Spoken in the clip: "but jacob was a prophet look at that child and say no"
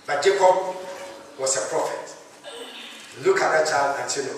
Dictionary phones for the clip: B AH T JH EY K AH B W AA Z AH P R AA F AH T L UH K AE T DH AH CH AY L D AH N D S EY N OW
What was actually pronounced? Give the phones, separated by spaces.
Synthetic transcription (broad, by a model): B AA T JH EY K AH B W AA S AH P R AA F AH T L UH K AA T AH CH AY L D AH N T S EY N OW